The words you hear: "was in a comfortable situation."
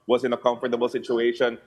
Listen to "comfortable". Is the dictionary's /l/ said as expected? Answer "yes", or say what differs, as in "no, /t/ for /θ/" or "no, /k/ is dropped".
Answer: yes